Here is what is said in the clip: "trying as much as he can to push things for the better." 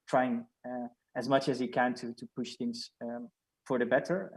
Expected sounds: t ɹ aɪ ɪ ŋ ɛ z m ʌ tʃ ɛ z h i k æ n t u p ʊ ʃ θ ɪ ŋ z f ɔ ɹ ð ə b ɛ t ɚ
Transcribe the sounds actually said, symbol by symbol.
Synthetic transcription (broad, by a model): t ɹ aɪ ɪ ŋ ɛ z m ʌ tʃ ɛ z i k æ n t u p ʊ ʃ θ ɪ ŋ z f ɔ ɹ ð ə b ɛ t ɚ